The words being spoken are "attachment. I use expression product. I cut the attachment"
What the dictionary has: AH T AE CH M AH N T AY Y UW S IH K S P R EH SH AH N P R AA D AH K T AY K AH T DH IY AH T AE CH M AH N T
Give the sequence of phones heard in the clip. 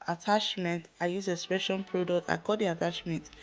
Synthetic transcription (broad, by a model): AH T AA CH M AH N T AY Y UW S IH S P EH SH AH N P R AA D AH K T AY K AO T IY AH T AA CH M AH N T